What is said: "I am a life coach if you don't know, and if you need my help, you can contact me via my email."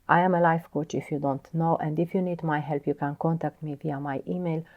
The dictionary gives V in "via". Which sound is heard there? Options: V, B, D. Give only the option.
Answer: V